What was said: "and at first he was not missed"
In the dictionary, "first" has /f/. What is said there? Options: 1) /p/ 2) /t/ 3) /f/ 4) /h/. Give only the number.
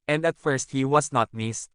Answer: 3